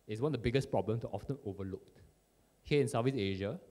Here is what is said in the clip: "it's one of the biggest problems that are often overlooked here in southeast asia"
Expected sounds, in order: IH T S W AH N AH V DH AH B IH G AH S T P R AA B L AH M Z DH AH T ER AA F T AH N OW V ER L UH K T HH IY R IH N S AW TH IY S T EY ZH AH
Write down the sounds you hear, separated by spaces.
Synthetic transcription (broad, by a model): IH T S W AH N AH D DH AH B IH G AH S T P R AA B L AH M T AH T AA F T AH N OW V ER L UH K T HH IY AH IH N S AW F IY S EY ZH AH